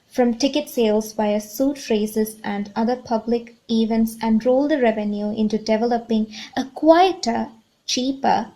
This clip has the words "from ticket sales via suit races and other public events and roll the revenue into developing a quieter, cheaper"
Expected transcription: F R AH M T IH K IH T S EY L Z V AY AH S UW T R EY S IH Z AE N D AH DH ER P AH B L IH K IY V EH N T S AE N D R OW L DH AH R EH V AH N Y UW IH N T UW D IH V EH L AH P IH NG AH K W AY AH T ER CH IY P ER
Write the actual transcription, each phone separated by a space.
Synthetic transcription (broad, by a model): F R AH M T IH K IH T S EY L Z B AY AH S UW T R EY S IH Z AE N D AH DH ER P AH B L IH K IY V EH N T S AE N D R OW L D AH R EH V AH N Y UW IH N T UW D IH V EH L AH P IH NG AH K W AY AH T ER CH IY P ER